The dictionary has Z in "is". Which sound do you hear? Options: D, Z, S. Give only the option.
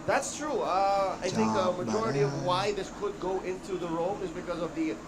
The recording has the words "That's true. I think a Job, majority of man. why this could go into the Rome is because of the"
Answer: Z